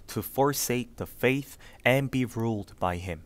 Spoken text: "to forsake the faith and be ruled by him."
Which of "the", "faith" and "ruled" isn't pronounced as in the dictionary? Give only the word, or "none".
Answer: none